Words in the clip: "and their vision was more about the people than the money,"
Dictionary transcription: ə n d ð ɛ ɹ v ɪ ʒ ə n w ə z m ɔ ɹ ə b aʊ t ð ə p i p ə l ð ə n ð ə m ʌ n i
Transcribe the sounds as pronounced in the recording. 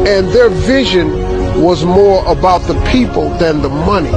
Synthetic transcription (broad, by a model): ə n ð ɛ ɹ v ɪ ʒ ə n w ə z m ɔ ɹ ə b aʊ t ð ə p i p ə l ð ə n ð ə m ʌ n i